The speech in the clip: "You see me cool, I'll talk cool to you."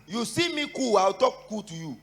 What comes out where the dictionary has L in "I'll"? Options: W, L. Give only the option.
W